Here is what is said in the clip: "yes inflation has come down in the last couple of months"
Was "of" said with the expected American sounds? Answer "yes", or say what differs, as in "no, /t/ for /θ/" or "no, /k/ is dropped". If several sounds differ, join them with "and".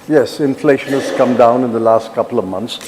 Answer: yes